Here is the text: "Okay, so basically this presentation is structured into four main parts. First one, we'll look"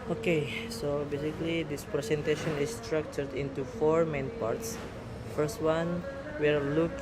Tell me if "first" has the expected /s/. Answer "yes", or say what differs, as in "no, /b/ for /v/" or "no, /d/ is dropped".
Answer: yes